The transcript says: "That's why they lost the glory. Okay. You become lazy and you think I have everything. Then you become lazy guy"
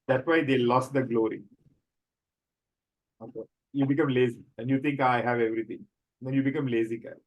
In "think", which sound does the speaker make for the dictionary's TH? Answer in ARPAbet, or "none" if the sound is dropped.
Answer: T